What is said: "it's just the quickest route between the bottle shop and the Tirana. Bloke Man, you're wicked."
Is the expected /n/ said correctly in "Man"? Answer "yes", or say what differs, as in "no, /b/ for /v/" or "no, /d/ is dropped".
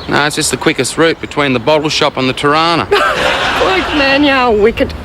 yes